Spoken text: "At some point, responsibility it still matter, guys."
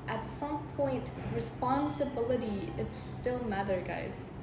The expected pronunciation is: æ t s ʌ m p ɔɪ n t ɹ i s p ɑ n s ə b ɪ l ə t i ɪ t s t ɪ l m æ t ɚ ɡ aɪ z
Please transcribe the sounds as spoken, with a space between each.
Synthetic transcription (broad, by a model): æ t s ʌ m p ɔɪ n t ɹ i s p ɑ n s ə b ɪ l ə t i ɪ t s t ɪ l m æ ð ɚ ɡ aɪ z